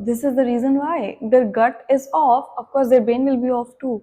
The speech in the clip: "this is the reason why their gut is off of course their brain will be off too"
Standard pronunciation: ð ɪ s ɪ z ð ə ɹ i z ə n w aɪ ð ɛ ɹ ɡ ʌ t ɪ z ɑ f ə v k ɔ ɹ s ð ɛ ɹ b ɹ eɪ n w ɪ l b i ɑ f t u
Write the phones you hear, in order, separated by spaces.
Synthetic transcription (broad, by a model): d ɪ s ɪ z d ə ɹ i z ə n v aɪ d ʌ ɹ ɡ ʌ t ɪ z ɑ f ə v k ɔ ɹ s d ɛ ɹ b eɪ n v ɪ l b i ɑ f t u